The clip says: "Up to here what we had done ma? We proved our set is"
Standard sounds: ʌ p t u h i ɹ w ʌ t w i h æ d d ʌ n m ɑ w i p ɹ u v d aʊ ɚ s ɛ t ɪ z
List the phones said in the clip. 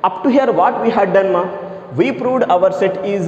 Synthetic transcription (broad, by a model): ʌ p t u h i ɹ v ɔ t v i h æ d d ʌ n m ɑ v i p ɹ u v d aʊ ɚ s ɛ t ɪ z